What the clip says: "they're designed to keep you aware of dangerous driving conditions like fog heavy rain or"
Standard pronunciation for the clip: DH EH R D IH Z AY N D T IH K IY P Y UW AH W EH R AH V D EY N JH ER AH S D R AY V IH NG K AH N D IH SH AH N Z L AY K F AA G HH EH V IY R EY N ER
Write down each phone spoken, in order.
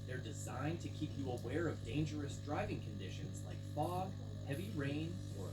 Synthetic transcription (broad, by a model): DH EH R D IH Z AY N T IH K IY P Y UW AH W EH R AH V D EY N JH ER AH S D R AY V IH NG K AH N D IH SH AH N Z L AY K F AA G HH EH V IY R EY N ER